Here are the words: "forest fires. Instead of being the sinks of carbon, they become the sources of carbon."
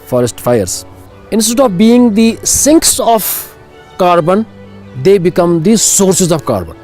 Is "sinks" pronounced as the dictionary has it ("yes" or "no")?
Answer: yes